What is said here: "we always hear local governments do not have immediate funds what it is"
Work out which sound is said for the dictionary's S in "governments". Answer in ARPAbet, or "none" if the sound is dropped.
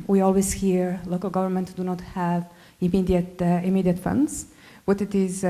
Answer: none